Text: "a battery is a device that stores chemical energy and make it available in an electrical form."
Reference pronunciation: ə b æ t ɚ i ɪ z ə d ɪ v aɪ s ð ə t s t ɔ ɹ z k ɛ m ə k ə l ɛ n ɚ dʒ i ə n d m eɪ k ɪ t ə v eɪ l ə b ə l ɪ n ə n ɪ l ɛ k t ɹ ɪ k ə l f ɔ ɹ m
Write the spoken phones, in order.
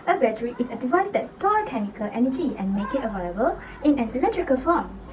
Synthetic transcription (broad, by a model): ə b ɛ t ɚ i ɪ s ə d ɪ v aɪ s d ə t s t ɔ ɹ k ɛ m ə k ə l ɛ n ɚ dʒ i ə n m eɪ k ɪ t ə v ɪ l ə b ə l ɪ n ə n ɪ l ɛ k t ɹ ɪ k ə l f ɔ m